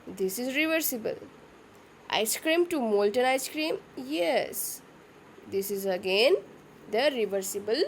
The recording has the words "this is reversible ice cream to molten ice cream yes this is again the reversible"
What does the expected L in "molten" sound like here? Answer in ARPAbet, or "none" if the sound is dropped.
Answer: L